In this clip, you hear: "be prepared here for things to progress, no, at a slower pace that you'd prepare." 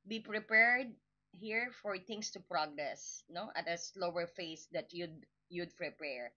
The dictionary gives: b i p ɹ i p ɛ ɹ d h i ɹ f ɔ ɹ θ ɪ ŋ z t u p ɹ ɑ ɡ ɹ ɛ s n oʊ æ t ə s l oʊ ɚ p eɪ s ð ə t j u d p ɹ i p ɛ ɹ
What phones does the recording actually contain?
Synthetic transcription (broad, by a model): b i p ɹ i p ɛ ɹ d h i ɹ f ɔ ɹ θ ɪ ŋ s t u p ɹ ɑ ɡ ɹ ɛ s n oʊ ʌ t ə s l oʊ ɚ f eɪ s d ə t j u d p ɹ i p ɛ ɹ